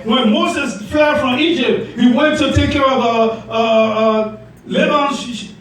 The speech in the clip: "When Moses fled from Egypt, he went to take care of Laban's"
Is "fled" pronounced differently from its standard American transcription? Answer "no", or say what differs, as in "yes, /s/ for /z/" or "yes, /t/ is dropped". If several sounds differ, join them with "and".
yes, /l/ is dropped